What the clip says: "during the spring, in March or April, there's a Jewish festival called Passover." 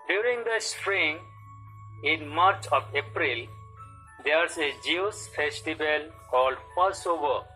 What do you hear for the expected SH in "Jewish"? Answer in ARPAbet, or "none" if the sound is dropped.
S